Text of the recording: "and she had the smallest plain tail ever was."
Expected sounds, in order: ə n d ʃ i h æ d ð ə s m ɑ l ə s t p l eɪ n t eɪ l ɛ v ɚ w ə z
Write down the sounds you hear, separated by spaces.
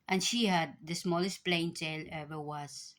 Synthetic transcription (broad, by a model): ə n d ʃ i h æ d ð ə s m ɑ l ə s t p l eɪ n t eɪ l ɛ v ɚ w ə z